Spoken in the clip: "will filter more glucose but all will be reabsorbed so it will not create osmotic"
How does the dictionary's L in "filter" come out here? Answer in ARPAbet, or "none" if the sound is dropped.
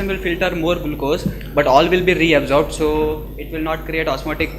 L